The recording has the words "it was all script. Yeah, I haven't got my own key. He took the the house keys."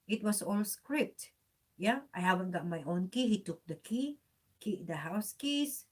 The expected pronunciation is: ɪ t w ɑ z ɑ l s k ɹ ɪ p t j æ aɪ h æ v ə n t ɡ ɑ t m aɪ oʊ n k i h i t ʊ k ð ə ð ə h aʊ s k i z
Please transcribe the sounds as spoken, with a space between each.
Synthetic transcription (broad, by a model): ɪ t w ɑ s ɑ l s k ɹ ɪ p t j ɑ aɪ h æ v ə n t ɡ ɑ t m aɪ oʊ n k i h i t ʊ k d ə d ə h aʊ s k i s